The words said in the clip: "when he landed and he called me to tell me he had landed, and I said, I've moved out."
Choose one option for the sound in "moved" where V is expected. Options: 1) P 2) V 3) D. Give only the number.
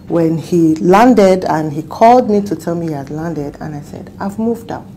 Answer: 2